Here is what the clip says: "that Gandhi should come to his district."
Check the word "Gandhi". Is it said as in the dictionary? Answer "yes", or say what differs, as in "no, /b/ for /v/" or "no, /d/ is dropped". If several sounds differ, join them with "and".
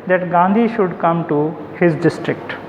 yes